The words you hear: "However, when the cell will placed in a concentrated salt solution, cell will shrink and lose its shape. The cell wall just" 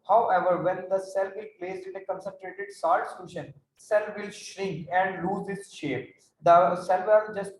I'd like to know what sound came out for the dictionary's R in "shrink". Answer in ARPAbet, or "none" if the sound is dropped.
R